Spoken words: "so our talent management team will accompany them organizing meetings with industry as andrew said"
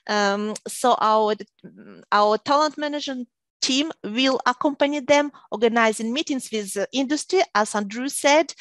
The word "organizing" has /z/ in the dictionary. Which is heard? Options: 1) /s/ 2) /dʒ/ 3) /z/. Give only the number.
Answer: 3